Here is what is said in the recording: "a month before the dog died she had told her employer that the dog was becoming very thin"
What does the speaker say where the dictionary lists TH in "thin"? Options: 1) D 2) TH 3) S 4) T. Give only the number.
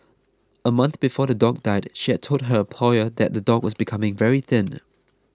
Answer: 2